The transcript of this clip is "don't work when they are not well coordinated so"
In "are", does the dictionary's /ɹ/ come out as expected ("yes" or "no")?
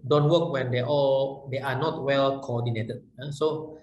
no